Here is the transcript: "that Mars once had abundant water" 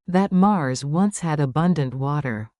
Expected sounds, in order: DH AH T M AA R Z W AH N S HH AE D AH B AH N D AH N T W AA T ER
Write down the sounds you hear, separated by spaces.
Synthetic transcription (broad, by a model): DH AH T M AA R Z W AH N S HH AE D AH B AH N D AH N T W AA T ER